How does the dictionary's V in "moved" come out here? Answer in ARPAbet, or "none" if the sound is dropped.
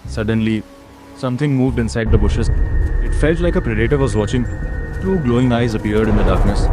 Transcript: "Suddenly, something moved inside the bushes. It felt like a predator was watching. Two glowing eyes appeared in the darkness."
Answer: V